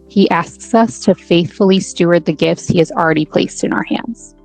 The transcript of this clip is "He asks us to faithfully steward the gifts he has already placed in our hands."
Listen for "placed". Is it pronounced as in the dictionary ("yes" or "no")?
yes